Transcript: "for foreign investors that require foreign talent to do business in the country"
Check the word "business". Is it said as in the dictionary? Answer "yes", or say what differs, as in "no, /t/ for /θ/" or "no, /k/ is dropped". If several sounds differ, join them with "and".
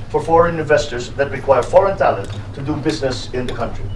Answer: yes